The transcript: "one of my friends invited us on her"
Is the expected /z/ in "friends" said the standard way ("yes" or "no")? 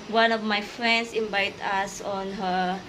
no